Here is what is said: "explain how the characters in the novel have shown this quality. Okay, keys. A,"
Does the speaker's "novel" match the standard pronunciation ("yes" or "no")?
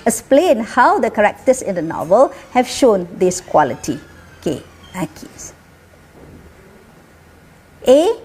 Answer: yes